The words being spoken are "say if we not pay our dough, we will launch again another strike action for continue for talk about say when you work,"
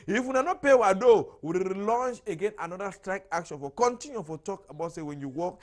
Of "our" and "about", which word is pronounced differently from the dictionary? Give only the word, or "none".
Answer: our